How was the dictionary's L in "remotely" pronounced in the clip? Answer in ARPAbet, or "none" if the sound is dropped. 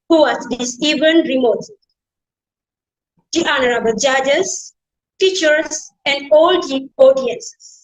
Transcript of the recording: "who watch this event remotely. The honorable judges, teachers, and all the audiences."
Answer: none